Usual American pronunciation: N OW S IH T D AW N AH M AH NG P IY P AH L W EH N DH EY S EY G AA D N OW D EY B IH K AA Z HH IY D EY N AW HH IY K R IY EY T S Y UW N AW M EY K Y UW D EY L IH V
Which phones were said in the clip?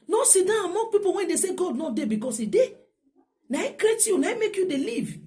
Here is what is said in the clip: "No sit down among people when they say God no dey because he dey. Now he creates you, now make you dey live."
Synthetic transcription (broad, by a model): N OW S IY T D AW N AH M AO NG P IY P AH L W EH N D EY S EY G AA D N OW D EY B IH K AA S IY D EY N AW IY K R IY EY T Y UW N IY M EY K Y UW D EY L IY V